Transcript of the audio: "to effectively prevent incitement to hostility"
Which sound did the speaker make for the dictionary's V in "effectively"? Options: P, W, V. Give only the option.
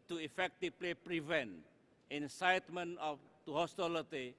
P